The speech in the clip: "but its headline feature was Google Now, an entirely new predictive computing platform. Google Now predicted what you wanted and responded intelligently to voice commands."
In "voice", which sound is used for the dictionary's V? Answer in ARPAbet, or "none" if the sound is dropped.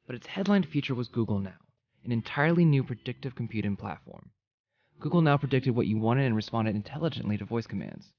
V